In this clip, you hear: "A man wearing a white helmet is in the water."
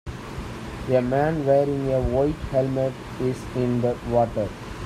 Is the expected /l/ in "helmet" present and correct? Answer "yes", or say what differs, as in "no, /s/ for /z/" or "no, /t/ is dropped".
yes